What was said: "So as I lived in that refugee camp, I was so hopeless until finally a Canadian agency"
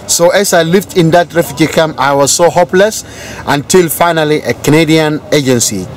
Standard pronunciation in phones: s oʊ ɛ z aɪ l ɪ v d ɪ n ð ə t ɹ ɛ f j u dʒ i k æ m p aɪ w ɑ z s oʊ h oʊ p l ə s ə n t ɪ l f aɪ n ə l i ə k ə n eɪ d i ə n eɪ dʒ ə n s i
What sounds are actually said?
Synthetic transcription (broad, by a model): s oʊ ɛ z aɪ l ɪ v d ɪ n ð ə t ɹ ɛ f j u dʒ i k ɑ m aɪ w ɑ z s oʊ h oʊ p l ə s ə n t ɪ l f aɪ n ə l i ə k ə n eɪ d i ə n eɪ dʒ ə n s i